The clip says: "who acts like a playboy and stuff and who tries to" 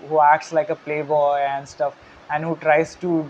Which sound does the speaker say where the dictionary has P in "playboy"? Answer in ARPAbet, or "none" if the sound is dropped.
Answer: P